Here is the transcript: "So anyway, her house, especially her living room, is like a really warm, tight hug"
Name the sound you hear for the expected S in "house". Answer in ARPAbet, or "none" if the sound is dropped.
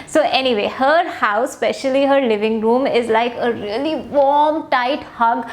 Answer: none